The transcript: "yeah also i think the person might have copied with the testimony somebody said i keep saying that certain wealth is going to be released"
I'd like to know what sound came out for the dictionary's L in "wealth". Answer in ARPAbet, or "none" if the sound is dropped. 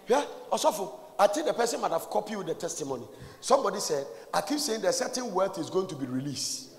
none